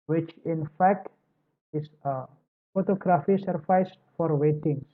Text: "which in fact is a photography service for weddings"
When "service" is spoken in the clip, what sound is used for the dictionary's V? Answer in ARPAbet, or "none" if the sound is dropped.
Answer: F